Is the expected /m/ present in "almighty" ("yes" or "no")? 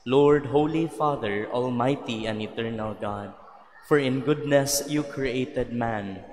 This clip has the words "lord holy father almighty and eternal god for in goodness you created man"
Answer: yes